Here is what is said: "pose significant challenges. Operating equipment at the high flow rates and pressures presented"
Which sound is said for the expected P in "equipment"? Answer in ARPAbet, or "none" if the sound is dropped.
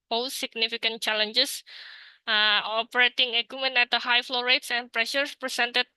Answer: none